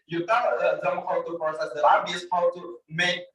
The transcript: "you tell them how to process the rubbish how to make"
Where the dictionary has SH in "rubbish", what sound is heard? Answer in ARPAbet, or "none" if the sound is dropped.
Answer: S